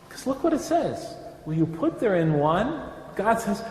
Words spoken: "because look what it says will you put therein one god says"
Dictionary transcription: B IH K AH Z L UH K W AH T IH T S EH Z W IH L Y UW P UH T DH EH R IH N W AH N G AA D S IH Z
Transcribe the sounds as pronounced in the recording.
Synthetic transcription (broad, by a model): K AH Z L UH K W AH T IH T S EH Z W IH N Y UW P UH T DH EH R IH N W AH N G AA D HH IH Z